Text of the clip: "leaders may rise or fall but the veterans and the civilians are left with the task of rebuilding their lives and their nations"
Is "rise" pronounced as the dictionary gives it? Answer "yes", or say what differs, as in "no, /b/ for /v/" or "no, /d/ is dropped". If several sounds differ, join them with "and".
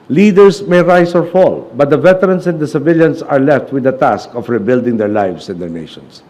no, /s/ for /z/